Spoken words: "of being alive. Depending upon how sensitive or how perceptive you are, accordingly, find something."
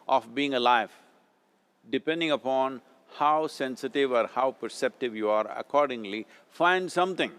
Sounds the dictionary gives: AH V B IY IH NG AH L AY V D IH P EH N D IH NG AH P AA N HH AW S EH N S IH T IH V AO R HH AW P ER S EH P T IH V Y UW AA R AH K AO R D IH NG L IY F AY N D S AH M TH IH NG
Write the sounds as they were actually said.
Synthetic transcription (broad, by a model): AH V B IY IH NG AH L AY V D IH P EH N D IH NG AH P AA N HH AW S EH N S IH T IH V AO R HH AW P ER S EH P T IH V Y UW AA R AH K AO R D IH NG L IY F AY N D S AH M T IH NG